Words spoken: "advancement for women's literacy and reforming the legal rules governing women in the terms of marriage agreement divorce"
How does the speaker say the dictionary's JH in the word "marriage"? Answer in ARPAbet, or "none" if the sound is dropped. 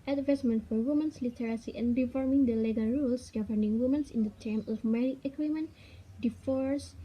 none